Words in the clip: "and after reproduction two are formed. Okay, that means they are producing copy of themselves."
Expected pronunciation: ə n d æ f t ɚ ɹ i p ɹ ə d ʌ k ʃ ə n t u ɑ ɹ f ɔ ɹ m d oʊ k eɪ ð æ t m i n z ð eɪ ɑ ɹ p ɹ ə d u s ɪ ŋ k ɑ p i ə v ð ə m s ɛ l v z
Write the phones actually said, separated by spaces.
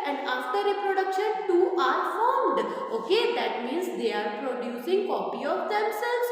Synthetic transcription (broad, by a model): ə n d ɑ f t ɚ ɹ i p ɹ ə d ʌ k ʃ ə n t u ɑ ɹ f ɔ ɹ m d oʊ k eɪ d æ t m i n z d eɪ ɑ ɹ p ɹ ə d u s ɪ ŋ k ɑ p i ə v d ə m s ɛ l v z